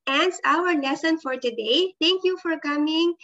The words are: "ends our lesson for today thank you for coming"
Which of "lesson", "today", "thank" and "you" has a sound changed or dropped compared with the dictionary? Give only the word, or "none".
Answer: thank